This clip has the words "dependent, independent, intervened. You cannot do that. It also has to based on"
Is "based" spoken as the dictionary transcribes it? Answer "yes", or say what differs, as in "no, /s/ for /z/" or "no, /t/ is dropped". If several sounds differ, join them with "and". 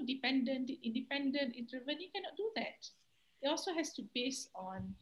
no, /t/ is dropped